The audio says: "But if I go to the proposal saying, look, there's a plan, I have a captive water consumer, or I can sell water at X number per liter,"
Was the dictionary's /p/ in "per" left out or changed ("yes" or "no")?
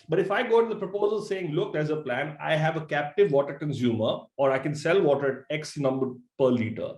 no